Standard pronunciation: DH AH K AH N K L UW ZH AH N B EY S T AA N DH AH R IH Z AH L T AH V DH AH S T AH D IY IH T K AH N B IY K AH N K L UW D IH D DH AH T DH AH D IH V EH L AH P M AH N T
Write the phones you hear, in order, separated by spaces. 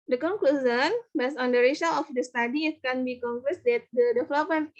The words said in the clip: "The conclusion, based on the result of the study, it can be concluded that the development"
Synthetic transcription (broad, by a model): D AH K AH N K L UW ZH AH N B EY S AA N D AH R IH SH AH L AH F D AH S T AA D IY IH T K AH N B IY K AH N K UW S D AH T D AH D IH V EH L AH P M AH N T